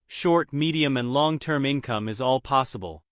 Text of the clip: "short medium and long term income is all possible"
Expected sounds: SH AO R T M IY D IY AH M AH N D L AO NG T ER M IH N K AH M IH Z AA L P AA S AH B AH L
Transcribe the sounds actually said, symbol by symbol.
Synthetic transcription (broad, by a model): SH AO R T M IY D IY AH M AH N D L AO NG T ER M IH N K AH M IH Z AA L P AA S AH B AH L